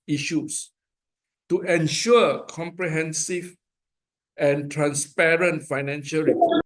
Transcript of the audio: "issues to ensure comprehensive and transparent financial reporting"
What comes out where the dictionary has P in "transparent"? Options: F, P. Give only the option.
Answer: P